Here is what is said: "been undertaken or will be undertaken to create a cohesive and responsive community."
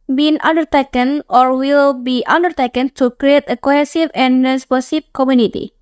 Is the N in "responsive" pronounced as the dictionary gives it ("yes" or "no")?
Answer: no